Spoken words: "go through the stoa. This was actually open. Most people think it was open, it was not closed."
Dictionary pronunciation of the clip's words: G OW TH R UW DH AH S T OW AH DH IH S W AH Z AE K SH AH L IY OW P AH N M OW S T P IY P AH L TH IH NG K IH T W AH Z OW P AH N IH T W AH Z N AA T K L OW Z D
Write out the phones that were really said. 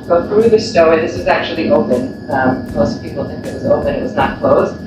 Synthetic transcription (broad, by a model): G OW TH R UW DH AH S T OW AH DH IH S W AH Z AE K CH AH L IY OW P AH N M OW S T P IY P L TH IH NG K IH T W AH Z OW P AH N IH T W AH Z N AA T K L OW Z